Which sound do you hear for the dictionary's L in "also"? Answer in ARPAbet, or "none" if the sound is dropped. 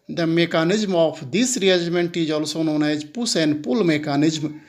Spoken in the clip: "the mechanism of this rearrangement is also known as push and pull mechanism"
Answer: L